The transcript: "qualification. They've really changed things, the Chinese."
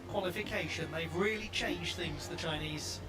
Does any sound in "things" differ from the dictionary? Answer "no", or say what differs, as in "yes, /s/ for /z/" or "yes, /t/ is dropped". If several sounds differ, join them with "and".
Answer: no